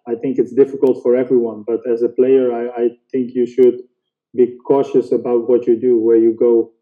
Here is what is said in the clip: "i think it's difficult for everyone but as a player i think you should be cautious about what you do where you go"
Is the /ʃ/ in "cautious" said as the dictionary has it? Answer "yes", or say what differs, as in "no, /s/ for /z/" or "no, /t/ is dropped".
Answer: yes